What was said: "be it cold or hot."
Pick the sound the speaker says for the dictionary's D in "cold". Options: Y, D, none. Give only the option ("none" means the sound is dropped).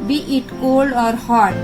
D